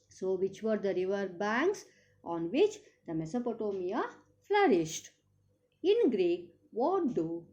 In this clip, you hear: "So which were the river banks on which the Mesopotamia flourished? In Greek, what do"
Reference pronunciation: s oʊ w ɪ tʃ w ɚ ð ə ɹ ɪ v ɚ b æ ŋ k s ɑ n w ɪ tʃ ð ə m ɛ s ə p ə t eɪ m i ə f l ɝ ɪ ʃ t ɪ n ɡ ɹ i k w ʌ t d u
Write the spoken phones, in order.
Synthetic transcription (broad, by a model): s oʊ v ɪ tʃ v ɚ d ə ɹ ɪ v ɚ b æ ŋ k s ɑ n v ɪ tʃ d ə m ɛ s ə p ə t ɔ m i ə f l ɝ ɪ ʃ t ɪ n ɡ ɹ i k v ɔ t d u